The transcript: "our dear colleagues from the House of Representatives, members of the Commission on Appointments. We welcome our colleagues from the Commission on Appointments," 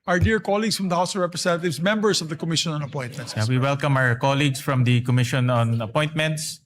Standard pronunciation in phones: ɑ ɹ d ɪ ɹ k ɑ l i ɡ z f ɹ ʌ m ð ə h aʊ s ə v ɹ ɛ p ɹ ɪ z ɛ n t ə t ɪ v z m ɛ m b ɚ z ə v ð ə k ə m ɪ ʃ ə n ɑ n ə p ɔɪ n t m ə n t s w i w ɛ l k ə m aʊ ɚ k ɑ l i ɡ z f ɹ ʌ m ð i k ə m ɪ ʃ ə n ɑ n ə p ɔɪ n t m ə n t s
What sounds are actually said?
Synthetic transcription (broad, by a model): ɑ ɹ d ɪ ɹ k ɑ l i ɡ s f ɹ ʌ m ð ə h aʊ s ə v ɹ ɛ p ɹ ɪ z ɛ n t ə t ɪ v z m ɛ m b ɚ s ə v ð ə k ə m ɪ ʃ ə n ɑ n ə p ɔɪ n t m ə n t s w i w ɛ l k ə m aʊ ɚ k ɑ l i ɡ s f ɹ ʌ m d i k ə m ɪ ʃ ə n ɑ n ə p ɔɪ n t m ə n t s